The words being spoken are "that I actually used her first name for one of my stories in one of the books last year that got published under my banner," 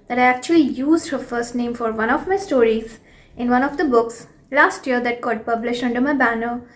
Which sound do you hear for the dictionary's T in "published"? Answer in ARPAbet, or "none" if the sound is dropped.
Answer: none